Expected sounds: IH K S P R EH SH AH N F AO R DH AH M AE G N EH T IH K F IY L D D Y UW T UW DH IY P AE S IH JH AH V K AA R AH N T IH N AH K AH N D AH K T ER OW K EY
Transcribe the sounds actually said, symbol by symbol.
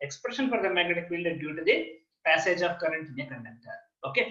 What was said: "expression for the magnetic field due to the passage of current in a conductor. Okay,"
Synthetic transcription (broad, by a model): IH K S P R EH SH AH N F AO R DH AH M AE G AH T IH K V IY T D D Y UW T UW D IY P AE S IH JH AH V K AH R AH N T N AH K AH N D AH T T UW OW K EY